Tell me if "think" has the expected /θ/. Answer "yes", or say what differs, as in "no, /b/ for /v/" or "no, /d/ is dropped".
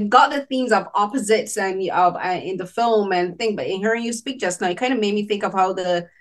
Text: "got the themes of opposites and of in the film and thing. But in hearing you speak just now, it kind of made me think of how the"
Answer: yes